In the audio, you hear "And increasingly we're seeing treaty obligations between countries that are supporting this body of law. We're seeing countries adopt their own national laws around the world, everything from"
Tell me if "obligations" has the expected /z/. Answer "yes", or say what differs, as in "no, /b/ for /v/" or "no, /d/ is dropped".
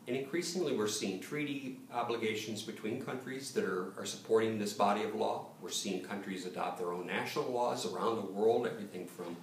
yes